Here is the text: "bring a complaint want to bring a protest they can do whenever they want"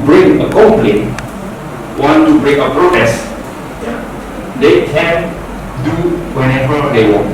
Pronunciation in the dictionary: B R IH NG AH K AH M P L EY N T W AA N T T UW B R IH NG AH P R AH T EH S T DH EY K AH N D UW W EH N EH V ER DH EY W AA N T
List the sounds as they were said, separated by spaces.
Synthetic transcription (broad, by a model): B R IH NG AH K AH P L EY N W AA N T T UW B R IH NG AH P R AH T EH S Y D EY K AH N D UW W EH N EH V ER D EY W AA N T